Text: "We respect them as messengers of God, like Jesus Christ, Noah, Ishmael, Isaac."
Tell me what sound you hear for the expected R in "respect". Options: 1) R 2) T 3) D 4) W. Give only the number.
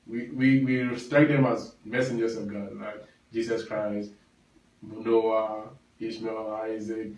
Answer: 4